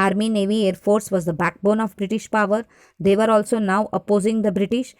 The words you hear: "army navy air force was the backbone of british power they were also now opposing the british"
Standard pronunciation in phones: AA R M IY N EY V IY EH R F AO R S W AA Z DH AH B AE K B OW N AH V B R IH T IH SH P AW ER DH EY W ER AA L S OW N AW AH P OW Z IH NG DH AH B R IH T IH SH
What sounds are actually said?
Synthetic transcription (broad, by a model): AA R M IY N EY V IY EH R F AO R S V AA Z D AH B AE K B OW N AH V B R IH T IH SH P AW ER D EY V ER AA L S OW N AW AH P OW Z IH NG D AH B R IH T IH SH